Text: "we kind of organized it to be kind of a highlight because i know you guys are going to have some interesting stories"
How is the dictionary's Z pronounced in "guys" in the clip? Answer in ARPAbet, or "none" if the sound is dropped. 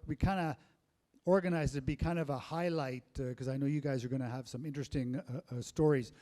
Z